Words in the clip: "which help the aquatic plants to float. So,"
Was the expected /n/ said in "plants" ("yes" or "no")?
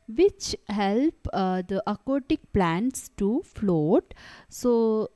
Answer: yes